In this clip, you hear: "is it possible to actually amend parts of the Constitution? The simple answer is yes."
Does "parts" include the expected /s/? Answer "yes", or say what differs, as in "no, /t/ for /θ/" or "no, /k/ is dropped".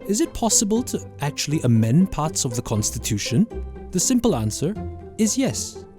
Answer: yes